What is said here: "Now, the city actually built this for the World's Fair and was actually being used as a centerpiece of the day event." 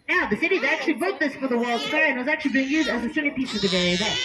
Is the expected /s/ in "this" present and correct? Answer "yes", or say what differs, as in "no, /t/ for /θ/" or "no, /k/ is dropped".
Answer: yes